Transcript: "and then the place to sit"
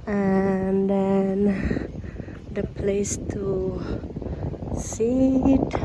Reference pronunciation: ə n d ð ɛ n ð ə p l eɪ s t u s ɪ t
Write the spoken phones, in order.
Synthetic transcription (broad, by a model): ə n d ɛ n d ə p l eɪ s t u s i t